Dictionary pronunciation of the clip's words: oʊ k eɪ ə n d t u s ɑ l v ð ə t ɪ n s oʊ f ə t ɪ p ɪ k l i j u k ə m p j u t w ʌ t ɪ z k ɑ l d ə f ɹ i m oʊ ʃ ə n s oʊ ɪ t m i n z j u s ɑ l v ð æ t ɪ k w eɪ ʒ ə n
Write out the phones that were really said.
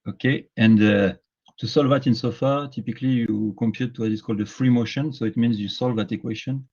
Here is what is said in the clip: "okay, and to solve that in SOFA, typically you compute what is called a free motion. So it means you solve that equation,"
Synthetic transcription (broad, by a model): oʊ k eɪ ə n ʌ t u s ɑ l v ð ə t ɪ n s oʊ f ə t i p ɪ k l i j u k ə m p j u t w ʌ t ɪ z k ɑ l d ə f ɹ i m oʊ ʃ ə n s oʊ ɪ t m i n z j u s ɑ l v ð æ t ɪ k w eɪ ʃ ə n